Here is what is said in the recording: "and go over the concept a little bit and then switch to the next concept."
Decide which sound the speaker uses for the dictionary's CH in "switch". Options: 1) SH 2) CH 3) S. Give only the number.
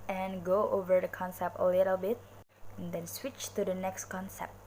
2